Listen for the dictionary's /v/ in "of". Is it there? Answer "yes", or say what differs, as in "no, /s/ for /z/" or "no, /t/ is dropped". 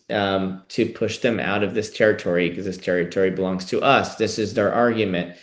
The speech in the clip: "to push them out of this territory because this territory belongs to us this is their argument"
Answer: yes